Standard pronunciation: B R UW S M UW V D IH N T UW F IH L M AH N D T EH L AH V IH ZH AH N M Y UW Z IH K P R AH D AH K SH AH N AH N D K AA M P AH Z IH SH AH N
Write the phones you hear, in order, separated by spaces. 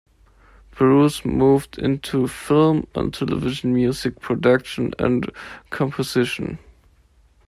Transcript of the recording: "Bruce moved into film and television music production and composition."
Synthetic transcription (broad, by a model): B R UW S M UW V D IH N T UW F IH L M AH N T EH L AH V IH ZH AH N M Y UW Z IH K P R AH D AH K SH AH N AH N K AA M P AH Z IH SH AH N